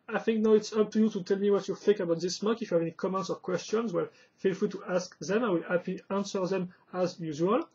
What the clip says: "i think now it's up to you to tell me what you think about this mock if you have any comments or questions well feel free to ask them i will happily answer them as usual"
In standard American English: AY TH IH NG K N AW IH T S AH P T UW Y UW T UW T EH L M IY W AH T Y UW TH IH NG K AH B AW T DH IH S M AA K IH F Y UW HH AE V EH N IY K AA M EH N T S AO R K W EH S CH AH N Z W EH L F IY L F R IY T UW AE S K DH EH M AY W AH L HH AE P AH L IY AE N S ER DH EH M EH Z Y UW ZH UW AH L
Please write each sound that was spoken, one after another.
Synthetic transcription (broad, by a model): AY TH IH NG K N AW IH T S AH P T UW Y UW T UW T EH L M IY W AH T Y UW TH IH NG K AH B AW T DH IH S M AA K IH F Y UW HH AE V EH N IY K AA M EH N T S AO R K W EH S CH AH N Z W EH L F IY L F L T UW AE S K DH EH M AY W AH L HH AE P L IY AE N S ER DH EH M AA Z Y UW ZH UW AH L